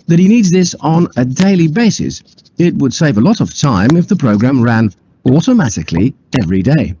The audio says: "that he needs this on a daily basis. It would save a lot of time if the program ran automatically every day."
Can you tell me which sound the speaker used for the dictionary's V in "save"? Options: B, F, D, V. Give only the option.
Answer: V